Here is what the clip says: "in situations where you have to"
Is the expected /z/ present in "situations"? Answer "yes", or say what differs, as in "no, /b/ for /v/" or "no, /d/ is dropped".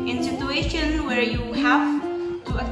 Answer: no, /z/ is dropped